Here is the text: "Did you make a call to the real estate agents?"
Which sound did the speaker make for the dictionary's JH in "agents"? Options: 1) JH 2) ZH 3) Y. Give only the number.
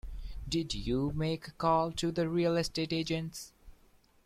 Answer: 1